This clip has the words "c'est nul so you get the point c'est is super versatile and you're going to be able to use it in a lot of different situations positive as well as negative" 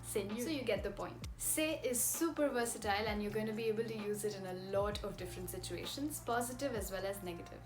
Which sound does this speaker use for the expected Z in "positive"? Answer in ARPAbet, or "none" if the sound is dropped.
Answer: Z